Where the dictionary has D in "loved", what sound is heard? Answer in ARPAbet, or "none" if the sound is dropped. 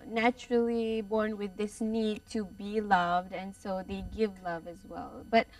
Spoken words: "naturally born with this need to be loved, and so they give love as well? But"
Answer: D